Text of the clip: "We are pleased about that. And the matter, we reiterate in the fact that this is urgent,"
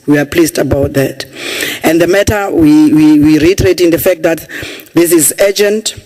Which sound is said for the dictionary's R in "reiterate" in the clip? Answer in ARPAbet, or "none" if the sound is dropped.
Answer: W